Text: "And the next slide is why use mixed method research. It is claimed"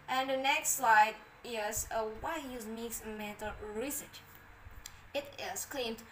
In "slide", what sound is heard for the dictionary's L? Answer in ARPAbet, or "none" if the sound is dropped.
L